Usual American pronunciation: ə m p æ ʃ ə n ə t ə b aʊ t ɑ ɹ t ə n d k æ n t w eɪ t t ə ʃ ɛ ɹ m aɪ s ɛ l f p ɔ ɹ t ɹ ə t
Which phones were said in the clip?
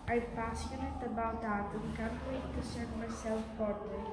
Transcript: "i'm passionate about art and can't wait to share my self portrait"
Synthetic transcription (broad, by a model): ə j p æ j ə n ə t ə b aʊ t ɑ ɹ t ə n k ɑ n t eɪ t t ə s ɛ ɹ m aɪ s ɛ l f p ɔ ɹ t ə